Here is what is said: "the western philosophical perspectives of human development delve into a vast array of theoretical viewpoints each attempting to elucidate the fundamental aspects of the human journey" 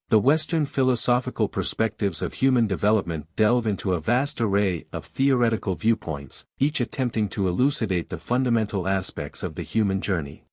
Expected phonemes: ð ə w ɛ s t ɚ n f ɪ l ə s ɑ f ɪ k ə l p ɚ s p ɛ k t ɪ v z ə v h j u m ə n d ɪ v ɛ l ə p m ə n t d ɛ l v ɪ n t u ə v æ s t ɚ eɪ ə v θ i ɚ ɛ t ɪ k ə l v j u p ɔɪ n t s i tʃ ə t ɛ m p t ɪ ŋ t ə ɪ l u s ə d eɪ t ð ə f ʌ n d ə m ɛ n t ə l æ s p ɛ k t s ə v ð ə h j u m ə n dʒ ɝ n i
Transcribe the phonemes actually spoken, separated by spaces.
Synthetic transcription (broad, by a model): ð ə w ɛ s t ɚ n f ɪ l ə s ɑ f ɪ k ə l p ɚ s p ɛ k t ɪ v z ə v h j u m ə n d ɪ v ɛ l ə p m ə n d ɛ l v ɪ n t u ə v æ s t ɚ eɪ ə v θ i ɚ ɛ t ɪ k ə l v j u p ɔɪ n t s i tʃ ə t ɛ m p t ɪ ŋ t ə ɪ l u s ə d eɪ t ð ə f ʌ n d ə m ɛ n t l æ s p ɛ k t s ə v ð ə h j u m ə n dʒ ɝ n i